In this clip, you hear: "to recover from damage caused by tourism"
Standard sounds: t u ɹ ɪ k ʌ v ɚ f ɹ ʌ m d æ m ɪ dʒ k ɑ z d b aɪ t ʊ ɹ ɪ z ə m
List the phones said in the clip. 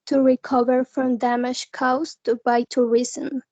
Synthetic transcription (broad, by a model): t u ɹ ɪ k ʌ v ɚ f ɹ ʌ m d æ m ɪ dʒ k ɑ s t b aɪ t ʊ ɹ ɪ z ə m